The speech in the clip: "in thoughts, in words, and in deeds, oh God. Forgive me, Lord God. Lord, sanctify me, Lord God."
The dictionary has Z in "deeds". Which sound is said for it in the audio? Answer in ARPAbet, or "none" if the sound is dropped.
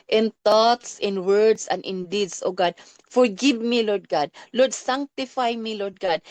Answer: S